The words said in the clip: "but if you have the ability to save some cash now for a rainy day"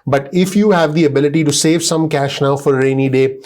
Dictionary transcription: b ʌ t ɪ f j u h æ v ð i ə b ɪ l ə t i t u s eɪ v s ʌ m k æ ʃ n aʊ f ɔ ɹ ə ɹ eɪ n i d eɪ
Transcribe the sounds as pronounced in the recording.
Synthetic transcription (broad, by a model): b ʌ t ɪ f j u h æ v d i ə b ɪ l ə t i t u s eɪ v s ʌ m k æ ʃ n aʊ f ɔ ɹ ɹ eɪ n i d eɪ